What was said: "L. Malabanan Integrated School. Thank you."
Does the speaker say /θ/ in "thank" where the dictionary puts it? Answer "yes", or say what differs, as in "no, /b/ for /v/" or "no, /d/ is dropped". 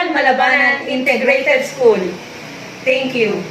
no, /t/ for /θ/